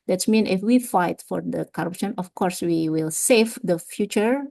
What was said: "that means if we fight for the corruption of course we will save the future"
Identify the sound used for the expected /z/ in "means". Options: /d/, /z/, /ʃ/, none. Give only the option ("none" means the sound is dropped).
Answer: none